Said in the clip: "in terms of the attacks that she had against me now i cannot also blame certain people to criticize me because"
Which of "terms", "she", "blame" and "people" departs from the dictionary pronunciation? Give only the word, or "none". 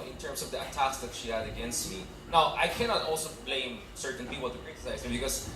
terms